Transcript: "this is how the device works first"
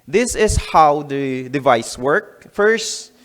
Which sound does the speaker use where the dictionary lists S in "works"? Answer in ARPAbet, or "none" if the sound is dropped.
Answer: none